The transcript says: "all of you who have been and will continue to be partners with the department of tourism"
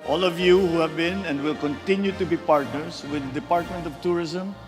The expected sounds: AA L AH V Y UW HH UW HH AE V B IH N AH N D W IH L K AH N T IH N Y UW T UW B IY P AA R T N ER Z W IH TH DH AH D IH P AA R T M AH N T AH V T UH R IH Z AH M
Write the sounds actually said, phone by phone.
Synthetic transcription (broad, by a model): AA L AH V Y UW HH UW HH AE V B IH N AH N D W IH L K AH N T IH N Y UW T UW B IY P AA R T N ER S W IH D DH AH D IH P AA R T M AH N T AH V T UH R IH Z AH M